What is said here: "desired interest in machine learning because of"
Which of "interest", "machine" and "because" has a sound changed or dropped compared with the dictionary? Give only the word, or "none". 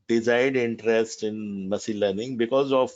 machine